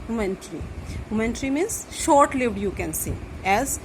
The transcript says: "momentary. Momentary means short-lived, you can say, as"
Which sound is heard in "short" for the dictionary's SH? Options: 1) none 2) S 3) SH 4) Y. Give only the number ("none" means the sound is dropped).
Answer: 3